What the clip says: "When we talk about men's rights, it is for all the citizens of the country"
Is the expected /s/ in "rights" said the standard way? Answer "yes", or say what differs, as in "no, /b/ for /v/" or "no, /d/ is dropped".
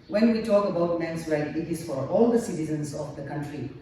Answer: no, /s/ is dropped